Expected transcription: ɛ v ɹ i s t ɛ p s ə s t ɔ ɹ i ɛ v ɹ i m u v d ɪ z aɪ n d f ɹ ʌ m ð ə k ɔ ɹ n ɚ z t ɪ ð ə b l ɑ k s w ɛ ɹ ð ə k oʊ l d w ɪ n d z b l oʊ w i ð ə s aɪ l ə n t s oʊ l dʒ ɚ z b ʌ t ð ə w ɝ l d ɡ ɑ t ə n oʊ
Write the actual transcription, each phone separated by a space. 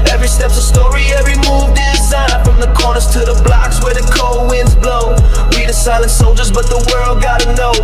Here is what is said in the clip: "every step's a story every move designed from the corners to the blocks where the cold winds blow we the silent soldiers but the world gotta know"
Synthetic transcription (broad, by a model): ɛ v ɹ i s t ɛ p s ə s t ɔ ɹ i ɛ v ɹ i m u v d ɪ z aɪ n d f ɹ ʌ m ð ə k ɔ ɹ n ɚ z t ɪ ð ə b l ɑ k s w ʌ ɹ ð ə k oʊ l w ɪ n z b l oʊ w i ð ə s aɪ l ə n t s oʊ l dʒ ɚ z b ʌ t ð ə w ɝ l d ɡ ɑ t ə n oʊ